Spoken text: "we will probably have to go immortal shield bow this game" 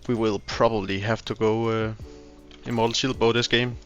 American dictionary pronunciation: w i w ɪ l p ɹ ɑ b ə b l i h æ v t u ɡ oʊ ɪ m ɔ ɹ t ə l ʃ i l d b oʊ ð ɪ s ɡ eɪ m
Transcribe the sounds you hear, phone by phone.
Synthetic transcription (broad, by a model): w i w ɪ l p ɹ ɑ b ə b l i h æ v t u ɡ oʊ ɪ ɪ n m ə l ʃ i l b oʊ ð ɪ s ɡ eɪ m